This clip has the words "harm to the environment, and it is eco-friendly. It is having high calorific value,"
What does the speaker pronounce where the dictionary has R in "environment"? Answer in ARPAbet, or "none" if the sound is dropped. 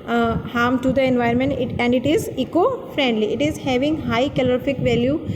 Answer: none